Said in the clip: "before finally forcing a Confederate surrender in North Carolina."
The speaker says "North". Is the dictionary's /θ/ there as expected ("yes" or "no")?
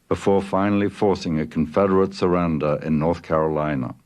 yes